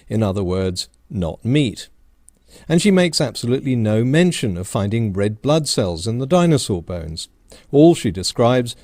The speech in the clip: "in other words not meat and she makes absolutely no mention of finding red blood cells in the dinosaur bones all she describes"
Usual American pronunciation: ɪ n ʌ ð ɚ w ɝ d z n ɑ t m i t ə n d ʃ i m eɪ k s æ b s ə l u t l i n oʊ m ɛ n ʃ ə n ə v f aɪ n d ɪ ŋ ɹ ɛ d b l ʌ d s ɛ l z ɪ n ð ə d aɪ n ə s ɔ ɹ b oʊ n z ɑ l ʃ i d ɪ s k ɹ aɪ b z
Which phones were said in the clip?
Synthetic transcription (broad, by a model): ɪ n ʌ ð ɚ w ɝ d z n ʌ t m i t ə n ʃ i m eɪ k s æ b s ə l u t l i n oʊ m ɛ n ʃ ə n ə v f aɪ n d ɪ ŋ ɹ ɛ d b l ʌ d s ɛ l z ɪ n ð ə d aɪ n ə s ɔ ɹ b oʊ n z ɑ l ʃ i d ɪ s k ɹ aɪ b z